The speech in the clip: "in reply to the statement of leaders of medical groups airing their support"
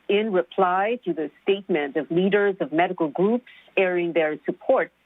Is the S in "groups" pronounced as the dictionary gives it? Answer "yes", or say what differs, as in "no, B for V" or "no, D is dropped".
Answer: yes